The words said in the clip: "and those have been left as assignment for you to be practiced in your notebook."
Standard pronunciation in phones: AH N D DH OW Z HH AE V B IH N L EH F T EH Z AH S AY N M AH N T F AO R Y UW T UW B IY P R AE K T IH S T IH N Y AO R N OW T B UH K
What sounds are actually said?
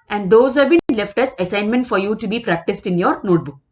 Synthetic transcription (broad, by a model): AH N D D OW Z HH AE V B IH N L EH F T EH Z AH S AY N M AH N T F AO R Y UW T UW B IY P R AE K T IH S T IH N Y AO R N OW T B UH K